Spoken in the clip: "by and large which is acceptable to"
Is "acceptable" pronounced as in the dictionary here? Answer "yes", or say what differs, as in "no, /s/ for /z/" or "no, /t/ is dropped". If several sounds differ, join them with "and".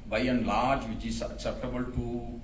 no, /k/ is dropped